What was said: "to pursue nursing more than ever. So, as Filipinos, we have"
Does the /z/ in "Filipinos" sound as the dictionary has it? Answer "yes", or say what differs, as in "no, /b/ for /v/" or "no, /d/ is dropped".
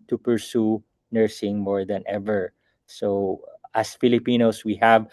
no, /s/ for /z/